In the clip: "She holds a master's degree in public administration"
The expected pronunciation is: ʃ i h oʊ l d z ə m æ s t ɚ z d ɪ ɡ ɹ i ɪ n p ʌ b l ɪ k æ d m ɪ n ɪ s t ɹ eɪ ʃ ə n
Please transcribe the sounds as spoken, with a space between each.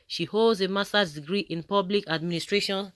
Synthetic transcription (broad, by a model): ʃ i h oʊ l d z ə m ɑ s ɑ d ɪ ɡ ɹ i ɪ n p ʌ b l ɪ k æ d m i n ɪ s t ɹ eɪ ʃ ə n